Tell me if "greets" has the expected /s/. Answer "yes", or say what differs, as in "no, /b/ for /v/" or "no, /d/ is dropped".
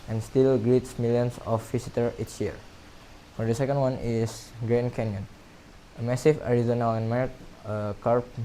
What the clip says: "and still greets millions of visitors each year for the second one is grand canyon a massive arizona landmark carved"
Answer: yes